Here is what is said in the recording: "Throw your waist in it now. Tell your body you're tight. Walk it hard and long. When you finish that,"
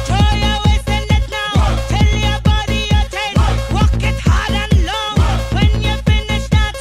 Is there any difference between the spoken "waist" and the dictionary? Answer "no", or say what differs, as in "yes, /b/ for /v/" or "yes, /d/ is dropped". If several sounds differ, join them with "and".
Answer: yes, /t/ is dropped